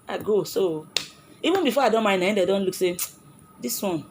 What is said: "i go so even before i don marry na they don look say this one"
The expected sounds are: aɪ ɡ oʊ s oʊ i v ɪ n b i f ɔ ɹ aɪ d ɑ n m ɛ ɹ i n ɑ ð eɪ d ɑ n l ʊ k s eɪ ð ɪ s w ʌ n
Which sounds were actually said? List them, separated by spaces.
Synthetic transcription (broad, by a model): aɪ ɡ oʊ s oʊ i v ɪ n b i f ɔ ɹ aɪ d ɑ n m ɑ i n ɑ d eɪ d ɑ n l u k s eɪ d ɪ s w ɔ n